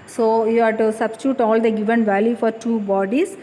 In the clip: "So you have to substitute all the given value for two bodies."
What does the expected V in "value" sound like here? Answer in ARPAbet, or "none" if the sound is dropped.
V